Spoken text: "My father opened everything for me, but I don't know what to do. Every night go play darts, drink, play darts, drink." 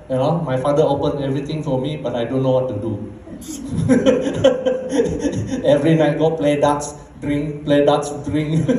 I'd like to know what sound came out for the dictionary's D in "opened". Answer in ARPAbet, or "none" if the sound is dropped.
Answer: none